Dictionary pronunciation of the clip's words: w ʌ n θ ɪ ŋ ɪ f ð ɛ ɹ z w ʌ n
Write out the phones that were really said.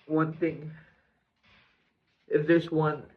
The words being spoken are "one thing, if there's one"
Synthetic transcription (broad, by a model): w ʌ n θ ɪ ŋ ɪ f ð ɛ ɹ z w ʌ n